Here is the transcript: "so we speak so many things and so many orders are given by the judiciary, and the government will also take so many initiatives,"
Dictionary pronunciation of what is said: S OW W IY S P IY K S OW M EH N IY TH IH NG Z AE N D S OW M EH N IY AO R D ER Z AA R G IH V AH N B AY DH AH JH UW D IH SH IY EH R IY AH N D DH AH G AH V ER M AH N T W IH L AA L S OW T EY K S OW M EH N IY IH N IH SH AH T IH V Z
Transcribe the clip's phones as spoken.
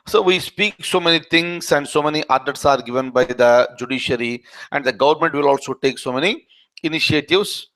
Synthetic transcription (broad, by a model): S OW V IY S P IY K S OW M EH N IY T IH NG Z AE N D S OW M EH N IY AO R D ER S AA R G IH V AH N B AY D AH JH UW D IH SH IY R IY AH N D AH G AH V ER M AH N T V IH L AA L S OW T EY K S OW M EH N IY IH N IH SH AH T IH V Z